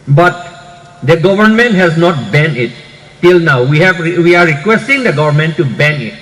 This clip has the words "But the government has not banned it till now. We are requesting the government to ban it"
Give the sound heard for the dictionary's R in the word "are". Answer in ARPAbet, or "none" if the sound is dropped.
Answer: W